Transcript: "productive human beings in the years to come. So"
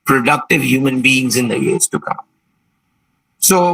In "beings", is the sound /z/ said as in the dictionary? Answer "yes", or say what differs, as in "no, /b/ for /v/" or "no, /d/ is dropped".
yes